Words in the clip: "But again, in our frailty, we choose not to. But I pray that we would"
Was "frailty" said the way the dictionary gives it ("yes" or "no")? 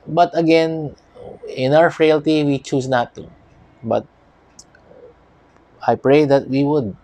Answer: yes